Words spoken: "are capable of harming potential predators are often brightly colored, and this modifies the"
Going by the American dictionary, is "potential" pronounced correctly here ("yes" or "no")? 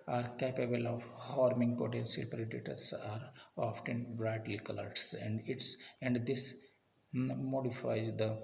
no